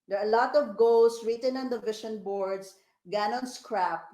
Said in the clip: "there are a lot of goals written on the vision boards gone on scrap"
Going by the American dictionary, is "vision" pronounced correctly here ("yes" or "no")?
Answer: no